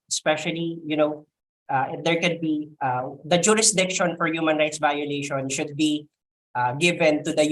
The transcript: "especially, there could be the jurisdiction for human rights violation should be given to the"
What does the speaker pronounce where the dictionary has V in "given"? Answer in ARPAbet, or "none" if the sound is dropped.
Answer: V